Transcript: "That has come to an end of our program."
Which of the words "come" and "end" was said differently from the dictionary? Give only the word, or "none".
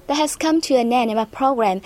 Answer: end